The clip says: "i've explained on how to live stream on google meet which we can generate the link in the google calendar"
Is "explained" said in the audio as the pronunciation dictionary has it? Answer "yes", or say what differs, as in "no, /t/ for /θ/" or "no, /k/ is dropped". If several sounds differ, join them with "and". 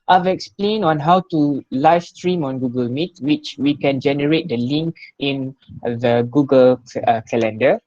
no, /d/ is dropped